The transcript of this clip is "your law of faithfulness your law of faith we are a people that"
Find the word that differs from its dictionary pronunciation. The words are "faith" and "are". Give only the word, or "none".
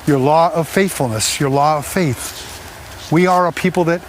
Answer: none